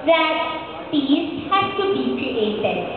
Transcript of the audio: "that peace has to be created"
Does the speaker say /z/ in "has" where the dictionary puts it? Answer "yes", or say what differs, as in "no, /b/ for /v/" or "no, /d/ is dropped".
no, /s/ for /z/